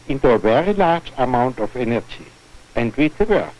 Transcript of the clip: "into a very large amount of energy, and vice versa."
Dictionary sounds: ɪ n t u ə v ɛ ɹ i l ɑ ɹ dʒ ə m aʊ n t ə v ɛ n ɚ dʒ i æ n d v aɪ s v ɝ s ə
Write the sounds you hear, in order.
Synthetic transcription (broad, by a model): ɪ n t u ə v ɛ ɹ i l ɑ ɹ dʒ ə m aʊ n t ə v ɛ n ɚ dʒ i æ n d w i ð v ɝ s